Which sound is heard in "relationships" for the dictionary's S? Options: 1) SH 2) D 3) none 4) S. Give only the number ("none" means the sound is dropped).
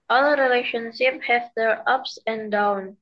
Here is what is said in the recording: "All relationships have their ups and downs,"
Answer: 3